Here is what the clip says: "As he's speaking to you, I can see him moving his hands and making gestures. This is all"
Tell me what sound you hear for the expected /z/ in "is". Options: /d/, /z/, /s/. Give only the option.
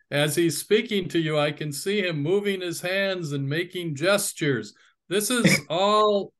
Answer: /z/